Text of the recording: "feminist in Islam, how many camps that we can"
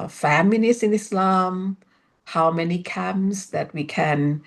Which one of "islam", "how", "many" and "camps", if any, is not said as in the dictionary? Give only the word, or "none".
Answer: camps